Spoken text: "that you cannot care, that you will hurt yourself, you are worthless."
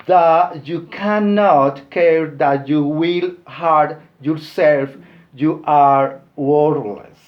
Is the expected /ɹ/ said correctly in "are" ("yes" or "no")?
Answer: yes